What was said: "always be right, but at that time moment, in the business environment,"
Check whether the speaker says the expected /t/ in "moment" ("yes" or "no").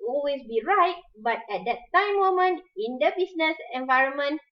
no